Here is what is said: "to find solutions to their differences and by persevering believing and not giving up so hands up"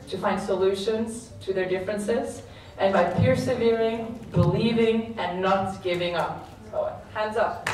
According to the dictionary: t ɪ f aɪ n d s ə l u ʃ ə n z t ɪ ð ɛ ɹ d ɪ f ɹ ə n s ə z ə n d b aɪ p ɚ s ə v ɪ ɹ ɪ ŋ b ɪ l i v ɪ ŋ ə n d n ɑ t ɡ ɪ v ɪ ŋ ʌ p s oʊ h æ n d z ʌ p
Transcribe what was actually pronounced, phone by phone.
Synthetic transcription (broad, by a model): t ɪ f aɪ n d s ə l u ʃ ə n z t ɪ ð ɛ ɹ d ɪ f ɹ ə n s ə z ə n b aɪ p ɚ s ə v ɪ ɹ ɪ ŋ b ɪ l i v ɪ ŋ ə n n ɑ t ɡ ɪ v ɪ ŋ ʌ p s oʊ h æ n d z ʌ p